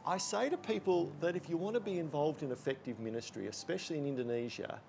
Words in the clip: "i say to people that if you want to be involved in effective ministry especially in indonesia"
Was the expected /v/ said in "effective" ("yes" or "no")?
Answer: yes